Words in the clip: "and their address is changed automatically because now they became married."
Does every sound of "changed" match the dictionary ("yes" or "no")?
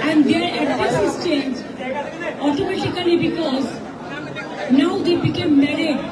no